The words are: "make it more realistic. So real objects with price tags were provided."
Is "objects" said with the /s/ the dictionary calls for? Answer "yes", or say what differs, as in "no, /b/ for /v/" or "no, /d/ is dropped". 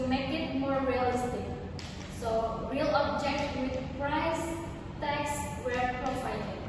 no, /s/ is dropped